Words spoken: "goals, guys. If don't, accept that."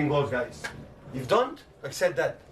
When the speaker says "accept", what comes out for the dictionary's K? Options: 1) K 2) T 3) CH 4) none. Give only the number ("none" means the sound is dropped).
1